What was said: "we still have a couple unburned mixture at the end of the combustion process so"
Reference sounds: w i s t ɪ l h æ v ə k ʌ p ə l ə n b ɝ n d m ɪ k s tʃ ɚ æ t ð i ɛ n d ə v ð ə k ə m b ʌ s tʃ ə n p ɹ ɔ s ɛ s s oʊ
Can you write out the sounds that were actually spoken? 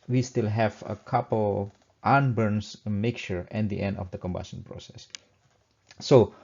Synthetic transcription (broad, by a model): w i s t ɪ l h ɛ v ə k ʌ p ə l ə n b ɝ n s m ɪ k tʃ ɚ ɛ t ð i ɛ n d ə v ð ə k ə m b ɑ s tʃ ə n p ɹ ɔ s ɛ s s oʊ